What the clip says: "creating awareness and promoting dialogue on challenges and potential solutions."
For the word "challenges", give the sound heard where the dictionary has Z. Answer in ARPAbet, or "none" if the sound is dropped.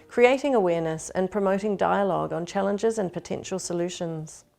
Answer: Z